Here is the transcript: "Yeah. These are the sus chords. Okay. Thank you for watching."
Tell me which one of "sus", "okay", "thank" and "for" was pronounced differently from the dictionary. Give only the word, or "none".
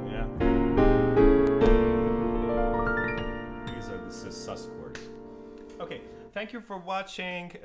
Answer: none